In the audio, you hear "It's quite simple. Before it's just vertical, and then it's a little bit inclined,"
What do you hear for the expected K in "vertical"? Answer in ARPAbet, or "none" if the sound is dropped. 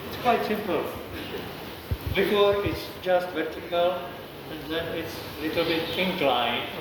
K